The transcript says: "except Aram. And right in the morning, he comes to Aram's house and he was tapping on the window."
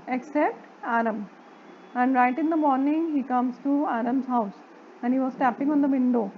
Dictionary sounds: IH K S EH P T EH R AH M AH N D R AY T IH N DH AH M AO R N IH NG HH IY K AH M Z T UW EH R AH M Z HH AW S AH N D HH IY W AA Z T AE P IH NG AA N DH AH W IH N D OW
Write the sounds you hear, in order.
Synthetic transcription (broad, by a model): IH K S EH P T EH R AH M AH N D R AY T IH N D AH M AO R N IH NG HH IY K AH M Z T UW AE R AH M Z HH AW S AH N D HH IY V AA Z T AE P IH NG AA N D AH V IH N D OW